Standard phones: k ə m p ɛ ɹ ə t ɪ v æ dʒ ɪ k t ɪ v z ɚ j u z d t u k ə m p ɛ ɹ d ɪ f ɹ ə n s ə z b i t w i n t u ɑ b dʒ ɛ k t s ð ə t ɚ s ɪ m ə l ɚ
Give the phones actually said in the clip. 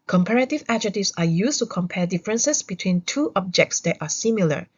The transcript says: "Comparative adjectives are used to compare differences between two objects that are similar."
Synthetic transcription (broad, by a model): k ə m p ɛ ɹ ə t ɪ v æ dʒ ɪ t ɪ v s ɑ j u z t u k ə m p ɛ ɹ d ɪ f ɹ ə n s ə s b i t w i n t u ɑ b dʒ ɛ k t s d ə t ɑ s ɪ m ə l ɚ